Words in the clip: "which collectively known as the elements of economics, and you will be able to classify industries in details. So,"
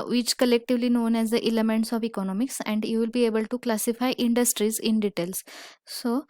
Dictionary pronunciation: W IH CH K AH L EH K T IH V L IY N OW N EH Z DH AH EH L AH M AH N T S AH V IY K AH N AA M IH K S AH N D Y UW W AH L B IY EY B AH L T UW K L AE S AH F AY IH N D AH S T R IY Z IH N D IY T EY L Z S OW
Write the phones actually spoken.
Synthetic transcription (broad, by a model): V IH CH K AH L EH K T IH V L IY N OW N EH Z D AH EH L AH M AH N T S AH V IY K AH N AA M IH K S AH N D Y UW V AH L B IY EY B AH L T UW K L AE S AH F AY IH N D AH S T R IY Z IH N D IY T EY L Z S OW